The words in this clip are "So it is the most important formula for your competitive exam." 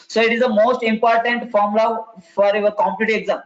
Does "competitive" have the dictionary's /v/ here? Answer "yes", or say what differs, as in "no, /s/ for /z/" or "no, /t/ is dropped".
no, /v/ is dropped